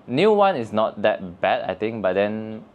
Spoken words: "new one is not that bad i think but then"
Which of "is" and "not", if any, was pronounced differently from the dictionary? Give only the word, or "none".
is